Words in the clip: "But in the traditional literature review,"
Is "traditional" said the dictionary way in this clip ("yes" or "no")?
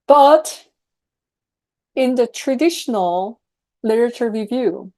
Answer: yes